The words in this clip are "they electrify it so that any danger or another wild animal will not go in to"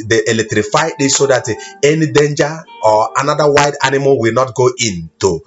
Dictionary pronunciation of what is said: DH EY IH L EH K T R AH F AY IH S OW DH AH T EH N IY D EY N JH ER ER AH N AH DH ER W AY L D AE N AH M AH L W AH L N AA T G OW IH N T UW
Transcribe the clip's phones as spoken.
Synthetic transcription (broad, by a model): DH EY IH L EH K T R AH F AY IH S OW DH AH T EH N IY D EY N JH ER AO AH N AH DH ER W AY D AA N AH M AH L W AH L N AA T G OW IH N T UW